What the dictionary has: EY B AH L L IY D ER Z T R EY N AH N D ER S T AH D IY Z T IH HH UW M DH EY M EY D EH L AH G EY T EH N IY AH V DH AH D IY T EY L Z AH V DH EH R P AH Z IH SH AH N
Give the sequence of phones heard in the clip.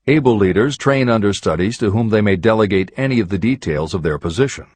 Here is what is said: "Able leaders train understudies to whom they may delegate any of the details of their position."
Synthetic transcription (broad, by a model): EY B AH L L IY D ER Z T R EY N AH N D ER S T AH D IY Z T IH HH UW M DH EY M EY D EH L AH G EY T EH N IY AH V DH AH D IY T EY L Z AH V DH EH R P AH Z IH SH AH N